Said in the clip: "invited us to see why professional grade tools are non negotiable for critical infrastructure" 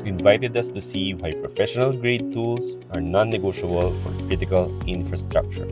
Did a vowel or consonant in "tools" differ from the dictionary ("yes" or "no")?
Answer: yes